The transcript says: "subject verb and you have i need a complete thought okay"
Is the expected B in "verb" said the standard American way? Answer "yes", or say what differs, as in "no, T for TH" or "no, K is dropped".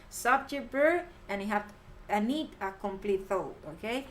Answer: no, B is dropped